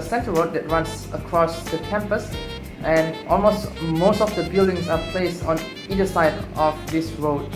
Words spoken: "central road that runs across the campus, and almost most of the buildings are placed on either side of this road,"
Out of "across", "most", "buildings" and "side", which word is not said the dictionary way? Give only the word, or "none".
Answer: buildings